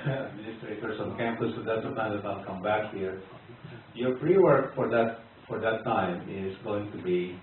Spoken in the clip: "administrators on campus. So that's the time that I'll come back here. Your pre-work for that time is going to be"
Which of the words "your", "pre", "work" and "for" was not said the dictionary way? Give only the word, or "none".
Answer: pre